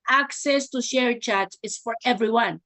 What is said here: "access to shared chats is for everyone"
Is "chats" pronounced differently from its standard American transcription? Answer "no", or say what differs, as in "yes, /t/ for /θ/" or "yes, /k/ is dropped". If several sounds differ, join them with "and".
yes, /s/ is dropped